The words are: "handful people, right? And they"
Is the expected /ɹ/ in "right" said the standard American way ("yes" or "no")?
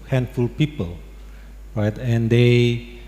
yes